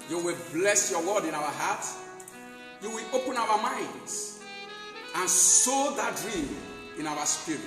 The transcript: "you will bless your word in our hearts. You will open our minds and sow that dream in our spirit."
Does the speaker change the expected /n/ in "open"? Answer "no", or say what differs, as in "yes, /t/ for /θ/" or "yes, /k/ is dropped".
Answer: no